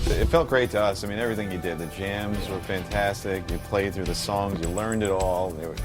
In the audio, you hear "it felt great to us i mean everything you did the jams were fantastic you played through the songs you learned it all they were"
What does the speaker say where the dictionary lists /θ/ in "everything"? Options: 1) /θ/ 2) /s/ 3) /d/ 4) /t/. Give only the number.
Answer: 1